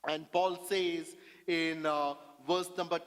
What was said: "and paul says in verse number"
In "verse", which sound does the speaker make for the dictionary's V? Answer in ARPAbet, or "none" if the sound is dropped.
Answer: V